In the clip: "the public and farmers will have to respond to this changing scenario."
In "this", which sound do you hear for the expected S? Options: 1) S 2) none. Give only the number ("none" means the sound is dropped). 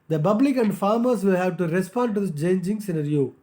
2